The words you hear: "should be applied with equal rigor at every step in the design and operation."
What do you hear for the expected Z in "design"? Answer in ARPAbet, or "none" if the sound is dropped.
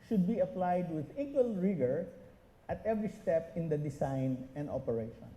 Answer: S